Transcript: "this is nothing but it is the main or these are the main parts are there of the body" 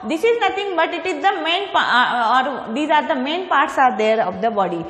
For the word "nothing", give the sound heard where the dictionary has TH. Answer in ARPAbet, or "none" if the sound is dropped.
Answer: T